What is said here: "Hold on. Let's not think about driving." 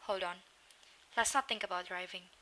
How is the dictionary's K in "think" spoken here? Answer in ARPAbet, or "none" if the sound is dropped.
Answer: K